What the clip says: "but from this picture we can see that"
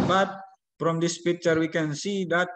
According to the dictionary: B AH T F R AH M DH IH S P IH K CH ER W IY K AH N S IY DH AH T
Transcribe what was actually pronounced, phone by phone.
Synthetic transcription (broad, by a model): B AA T P R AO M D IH S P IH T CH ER W IY K AH N S IY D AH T